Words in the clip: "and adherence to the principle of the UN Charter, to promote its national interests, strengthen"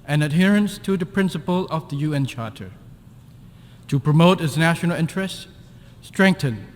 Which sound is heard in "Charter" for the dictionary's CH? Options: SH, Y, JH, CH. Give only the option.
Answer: CH